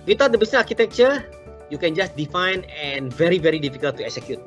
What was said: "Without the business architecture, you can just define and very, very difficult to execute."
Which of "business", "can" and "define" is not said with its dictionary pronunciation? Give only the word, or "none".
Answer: business